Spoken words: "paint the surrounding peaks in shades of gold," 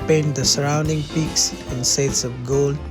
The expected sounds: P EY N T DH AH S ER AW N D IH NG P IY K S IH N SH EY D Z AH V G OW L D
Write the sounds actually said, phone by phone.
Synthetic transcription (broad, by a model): P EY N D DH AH S ER AW N D IH NG P IY K S IH N S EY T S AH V G OW L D